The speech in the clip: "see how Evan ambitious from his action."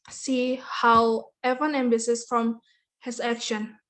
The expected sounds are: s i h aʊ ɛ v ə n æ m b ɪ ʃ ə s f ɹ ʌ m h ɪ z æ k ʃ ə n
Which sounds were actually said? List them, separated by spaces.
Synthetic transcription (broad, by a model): s i h aʊ ɛ v ə n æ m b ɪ s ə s f ɹ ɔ m h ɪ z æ k ʃ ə n